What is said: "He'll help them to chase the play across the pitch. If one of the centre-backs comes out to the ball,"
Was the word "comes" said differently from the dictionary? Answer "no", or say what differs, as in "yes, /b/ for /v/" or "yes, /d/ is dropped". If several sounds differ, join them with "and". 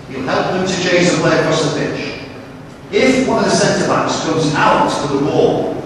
no